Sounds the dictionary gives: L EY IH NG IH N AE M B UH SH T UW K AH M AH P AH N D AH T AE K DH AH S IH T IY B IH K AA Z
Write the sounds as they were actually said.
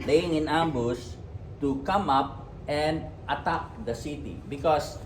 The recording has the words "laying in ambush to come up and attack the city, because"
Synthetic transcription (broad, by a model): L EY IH NG IH N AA M B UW S T UW K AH M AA P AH N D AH T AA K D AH S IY T IY B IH K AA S